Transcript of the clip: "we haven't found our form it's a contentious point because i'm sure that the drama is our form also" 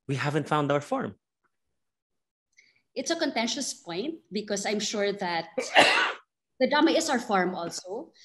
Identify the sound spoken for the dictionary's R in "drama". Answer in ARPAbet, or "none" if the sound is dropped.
none